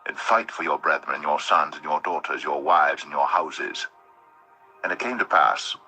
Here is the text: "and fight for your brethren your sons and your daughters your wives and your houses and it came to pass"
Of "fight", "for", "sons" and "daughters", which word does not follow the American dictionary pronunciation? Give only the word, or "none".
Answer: none